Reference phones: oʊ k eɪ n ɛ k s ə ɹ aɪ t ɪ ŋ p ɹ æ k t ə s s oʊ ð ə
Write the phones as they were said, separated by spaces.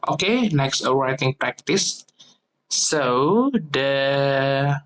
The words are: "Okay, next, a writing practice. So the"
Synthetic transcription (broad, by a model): oʊ k eɪ n ɛ k s ə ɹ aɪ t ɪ ŋ p ɹ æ k t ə s s oʊ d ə